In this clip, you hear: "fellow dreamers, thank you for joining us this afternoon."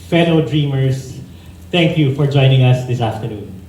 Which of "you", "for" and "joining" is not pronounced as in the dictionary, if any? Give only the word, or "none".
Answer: none